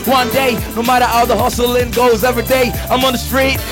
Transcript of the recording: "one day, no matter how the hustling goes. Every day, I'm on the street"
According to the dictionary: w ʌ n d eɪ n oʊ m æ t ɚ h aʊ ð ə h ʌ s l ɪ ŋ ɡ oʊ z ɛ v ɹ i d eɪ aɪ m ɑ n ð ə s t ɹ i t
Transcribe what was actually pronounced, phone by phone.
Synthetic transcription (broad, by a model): w ʌ n d eɪ n oʊ m æ t ɚ h aʊ ð ə h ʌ s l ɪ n ɡ oʊ z ɛ v ɹ i d eɪ aɪ m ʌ n ð ə s t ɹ i t